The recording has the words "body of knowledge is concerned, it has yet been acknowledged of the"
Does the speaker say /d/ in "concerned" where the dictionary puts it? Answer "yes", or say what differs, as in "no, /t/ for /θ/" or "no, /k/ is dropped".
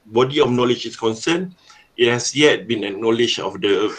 no, /d/ is dropped